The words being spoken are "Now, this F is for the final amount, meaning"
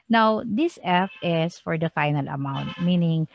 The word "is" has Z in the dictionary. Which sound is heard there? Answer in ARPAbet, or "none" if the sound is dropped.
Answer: S